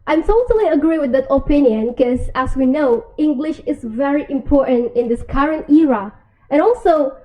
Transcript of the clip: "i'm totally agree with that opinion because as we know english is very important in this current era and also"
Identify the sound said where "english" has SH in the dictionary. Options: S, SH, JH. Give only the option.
SH